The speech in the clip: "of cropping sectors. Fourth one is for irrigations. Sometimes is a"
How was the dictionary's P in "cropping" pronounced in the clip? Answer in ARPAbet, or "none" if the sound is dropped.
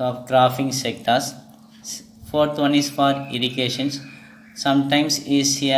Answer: F